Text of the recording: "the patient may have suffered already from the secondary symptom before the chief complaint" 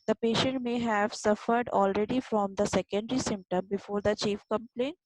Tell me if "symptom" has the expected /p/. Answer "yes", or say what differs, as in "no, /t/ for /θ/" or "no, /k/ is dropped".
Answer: yes